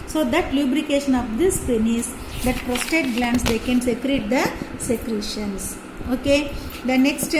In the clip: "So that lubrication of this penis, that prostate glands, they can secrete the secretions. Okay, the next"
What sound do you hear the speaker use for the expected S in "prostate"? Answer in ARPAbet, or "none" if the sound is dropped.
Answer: S